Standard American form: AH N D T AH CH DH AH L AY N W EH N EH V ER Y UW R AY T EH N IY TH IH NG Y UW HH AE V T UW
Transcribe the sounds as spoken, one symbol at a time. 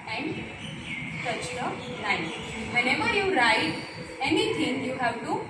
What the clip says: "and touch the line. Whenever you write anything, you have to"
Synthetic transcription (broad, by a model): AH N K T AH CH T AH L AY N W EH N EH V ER Y UW R AY T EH N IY T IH NG Y UW HH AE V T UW